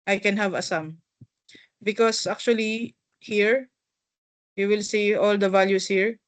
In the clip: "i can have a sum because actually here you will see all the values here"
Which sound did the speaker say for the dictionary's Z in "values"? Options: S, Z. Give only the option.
S